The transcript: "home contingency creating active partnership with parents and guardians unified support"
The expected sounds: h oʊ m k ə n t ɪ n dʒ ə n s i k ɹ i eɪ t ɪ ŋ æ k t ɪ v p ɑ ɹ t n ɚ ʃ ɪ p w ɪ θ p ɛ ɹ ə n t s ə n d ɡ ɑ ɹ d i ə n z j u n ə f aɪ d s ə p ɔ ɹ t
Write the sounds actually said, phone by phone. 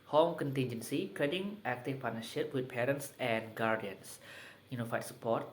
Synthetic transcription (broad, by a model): h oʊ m k ə n t ɪ n dʒ ə n s i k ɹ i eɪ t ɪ ŋ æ k t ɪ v p ɑ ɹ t n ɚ ʃ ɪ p w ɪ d p ɛ ɹ ə n t s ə n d ɡ ɑ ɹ d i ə n s j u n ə f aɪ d s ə p ɔ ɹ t